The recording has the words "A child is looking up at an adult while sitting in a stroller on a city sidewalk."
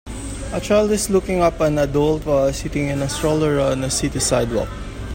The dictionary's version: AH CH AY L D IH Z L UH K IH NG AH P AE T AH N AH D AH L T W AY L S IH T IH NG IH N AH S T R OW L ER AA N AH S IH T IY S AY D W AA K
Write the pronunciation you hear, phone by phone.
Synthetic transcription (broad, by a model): AH CH AY L D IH S L UH K IH NG AH P AH N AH D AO L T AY S IH T IH NG IH N AH S T R OW L ER AA N AH S IH T IY S AY D W AA K